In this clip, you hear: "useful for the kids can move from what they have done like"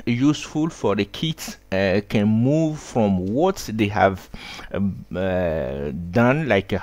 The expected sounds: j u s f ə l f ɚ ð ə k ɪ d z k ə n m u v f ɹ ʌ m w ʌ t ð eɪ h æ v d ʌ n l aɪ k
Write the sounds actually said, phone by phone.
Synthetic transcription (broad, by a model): j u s f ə l f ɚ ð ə k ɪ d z k ə n m u v f ɹ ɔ m w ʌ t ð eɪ h æ v d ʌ n l aɪ k